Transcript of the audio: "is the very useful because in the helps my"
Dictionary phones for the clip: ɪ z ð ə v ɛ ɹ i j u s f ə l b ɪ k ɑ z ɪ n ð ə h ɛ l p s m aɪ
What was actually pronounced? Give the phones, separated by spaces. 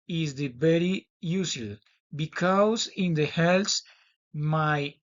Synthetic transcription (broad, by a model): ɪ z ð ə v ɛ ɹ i j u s ə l b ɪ k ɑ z ɪ n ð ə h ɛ l s m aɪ